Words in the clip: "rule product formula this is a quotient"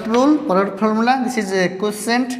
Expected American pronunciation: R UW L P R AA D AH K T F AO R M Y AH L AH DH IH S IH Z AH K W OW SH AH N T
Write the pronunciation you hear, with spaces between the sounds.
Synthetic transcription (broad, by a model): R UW L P AA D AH T P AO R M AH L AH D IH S IH Z AH K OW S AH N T